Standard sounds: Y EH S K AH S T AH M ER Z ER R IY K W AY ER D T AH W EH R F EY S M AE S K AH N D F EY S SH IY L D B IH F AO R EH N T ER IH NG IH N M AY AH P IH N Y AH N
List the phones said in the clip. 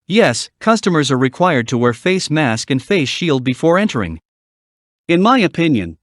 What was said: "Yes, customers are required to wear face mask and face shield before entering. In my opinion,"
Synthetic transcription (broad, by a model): Y EH S K AH S T AH M ER Z ER R IY K W AY ER D T AH W EH R F EY S M AE S K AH N F EY S SH IY L D B IH F AO R EH N T ER IH NG IH N M AY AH P IH N Y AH N